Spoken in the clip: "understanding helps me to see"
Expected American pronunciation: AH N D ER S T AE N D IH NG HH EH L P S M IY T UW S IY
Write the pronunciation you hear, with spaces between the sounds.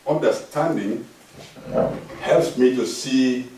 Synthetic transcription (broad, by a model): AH N D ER S T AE N D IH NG HH EH L P S M IY T UW S IY